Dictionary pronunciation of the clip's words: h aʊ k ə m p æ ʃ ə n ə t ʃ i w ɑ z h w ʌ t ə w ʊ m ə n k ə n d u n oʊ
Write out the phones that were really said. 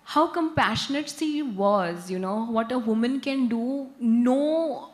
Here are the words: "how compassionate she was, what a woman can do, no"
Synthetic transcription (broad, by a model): h aʊ k ə m p æ ʃ ə n ə t s i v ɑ z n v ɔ t ə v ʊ m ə n k ə n d u n oʊ